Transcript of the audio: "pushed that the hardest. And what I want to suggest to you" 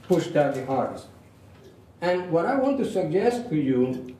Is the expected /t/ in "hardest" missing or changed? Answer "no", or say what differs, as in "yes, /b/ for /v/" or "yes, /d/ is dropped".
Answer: yes, /t/ is dropped